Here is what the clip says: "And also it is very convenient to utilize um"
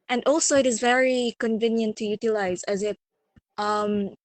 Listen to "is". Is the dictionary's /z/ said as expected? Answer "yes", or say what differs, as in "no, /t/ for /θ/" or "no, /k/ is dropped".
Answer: yes